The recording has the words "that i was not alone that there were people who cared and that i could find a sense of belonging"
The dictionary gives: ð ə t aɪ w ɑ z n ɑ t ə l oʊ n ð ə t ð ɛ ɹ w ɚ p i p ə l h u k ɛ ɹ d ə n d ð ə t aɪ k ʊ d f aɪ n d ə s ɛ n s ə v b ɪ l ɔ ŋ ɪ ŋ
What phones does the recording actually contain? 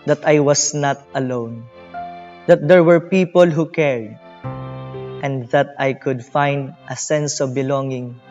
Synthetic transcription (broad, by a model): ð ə t aɪ w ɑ s n ɑ t ə l oʊ n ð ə t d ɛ ɹ w ɚ p i p ə l h u k ɛ ɹ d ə n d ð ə t aɪ k ʊ d f aɪ n d ə s ɛ n s ə v b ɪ l ɔ ŋ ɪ ŋ